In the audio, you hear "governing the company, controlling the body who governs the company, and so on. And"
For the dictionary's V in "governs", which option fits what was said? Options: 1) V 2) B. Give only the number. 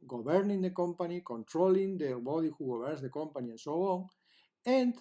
2